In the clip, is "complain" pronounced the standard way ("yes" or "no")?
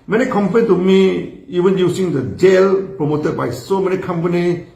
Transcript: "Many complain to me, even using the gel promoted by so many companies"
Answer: no